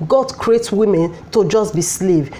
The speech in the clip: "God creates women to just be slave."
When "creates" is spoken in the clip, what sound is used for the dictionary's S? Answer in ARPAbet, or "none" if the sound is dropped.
none